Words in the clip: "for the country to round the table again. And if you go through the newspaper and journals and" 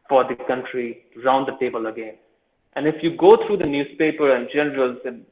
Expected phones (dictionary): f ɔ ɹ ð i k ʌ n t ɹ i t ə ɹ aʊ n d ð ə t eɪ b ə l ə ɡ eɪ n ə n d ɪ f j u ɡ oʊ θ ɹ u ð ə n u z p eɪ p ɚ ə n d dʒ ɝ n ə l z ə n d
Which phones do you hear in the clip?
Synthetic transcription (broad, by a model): f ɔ ɹ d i k ʌ n t ɹ i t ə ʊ n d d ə t eɪ b ə l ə ɡ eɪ n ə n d ɪ f j u ɡ oʊ t ɹ u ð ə n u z p eɪ p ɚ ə n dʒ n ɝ ə l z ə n